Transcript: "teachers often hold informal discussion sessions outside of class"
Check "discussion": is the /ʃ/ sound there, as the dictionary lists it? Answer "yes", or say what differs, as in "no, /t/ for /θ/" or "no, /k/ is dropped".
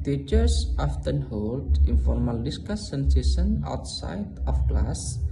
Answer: no, /s/ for /ʃ/